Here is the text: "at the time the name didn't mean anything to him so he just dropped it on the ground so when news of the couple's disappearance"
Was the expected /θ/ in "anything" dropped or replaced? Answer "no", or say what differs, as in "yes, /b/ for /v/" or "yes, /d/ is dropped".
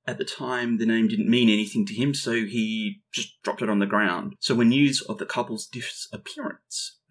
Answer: no